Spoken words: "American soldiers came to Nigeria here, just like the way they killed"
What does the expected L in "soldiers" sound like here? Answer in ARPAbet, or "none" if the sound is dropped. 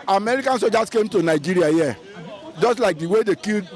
none